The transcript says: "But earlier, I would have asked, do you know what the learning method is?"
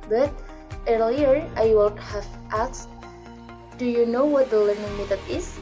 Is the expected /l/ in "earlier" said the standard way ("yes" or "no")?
yes